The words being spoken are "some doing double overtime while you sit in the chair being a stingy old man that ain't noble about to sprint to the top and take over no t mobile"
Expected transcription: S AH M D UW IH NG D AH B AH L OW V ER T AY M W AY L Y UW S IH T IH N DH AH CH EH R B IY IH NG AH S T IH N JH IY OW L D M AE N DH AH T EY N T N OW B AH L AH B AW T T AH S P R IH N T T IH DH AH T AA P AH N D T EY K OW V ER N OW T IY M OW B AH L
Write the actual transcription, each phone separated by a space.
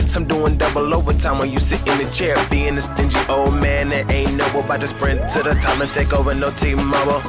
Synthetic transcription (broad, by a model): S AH M D UW IH NG D AH B L OW V ER T AY M W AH N Y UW S IH T IH N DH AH CH EH R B IY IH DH AH S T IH N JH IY OW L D M AE N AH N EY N N OW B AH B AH IH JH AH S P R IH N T T IH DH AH T AA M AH N T EY K OW V ER N OW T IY M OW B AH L